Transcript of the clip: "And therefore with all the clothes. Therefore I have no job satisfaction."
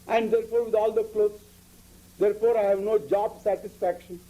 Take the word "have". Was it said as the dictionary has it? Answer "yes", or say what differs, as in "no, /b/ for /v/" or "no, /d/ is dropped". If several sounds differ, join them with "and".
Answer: yes